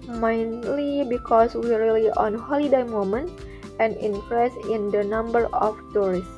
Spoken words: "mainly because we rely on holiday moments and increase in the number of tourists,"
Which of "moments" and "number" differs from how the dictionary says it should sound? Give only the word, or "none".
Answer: moments